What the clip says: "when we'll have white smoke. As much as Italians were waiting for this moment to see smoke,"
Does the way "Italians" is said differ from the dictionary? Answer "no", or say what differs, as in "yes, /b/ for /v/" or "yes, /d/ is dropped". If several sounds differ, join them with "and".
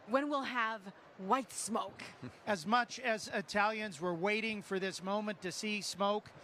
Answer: no